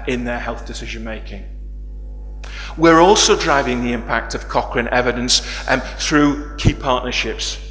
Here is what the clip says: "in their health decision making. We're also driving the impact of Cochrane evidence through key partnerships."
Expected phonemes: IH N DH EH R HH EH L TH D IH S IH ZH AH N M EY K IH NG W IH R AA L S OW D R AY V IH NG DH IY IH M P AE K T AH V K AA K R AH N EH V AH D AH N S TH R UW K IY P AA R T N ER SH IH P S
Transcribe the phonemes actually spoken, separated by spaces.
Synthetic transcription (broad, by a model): IH N DH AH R HH EH L TH D IH S IH ZH AH N M EY K IH NG W IH R AA L S OW D R AY V IH NG DH IY IH M P AE K T AH V K AA K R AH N EH V AH D AH N S TH R UW K IY P AA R T N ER SH IH P S